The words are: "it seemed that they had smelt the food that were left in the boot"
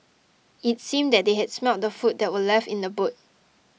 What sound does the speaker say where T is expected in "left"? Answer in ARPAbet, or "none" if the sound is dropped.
none